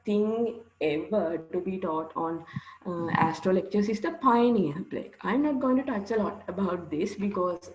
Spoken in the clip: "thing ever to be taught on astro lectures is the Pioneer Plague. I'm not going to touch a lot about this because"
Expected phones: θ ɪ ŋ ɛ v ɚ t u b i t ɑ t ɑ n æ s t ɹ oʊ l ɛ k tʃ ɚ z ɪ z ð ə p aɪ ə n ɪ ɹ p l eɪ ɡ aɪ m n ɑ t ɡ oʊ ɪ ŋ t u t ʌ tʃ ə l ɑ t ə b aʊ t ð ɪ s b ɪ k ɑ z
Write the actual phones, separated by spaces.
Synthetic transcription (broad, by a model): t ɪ ŋ ɛ v ɚ t u b i t ɑ t ɑ n æ s t ɹ oʊ l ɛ k tʃ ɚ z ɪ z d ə p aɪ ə n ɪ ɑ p l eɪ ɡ aɪ m n ɑ t ɡ oʊ ɪ ŋ t u t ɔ tʃ ə l ɑ t ə b aʊ t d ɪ s b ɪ k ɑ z